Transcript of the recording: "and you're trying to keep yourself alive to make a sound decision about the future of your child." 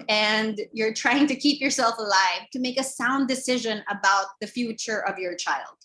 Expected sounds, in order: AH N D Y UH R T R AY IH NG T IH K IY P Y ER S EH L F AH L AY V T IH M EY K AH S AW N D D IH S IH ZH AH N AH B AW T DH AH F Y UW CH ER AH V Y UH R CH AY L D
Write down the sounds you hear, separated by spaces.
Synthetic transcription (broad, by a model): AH N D Y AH R T R AY IH NG T IH K IY P Y ER S EH L F AH L AY V T IH M EY K AH S AW N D D IH S IH ZH AH N AH B AW T DH AH F Y UW CH ER AH V Y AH R CH AY L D